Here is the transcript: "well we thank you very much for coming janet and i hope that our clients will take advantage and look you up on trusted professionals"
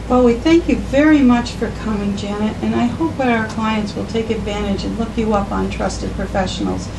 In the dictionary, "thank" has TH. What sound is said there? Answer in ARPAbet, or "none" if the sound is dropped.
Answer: TH